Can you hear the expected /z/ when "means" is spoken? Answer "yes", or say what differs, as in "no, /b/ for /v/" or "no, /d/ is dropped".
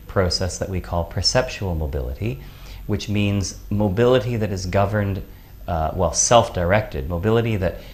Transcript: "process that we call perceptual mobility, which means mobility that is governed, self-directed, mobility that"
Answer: yes